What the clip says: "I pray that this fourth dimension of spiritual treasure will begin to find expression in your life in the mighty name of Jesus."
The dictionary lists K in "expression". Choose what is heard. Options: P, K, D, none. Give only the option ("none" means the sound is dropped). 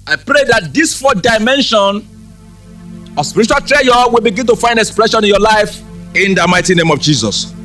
K